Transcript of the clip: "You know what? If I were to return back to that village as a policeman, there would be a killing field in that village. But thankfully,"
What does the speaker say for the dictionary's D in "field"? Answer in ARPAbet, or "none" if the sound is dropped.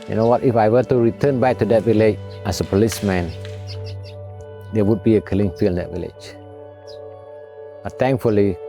none